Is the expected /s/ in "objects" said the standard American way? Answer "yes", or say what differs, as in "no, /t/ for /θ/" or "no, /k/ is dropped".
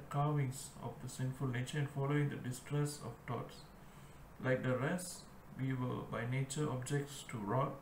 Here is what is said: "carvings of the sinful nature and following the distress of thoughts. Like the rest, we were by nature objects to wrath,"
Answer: yes